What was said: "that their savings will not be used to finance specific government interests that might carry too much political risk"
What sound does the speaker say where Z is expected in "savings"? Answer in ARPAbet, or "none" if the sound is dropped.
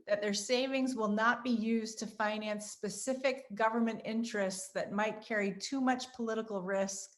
Z